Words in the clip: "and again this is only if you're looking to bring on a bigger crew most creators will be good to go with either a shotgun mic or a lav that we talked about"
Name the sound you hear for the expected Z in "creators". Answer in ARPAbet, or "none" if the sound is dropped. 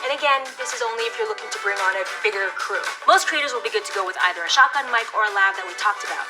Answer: Z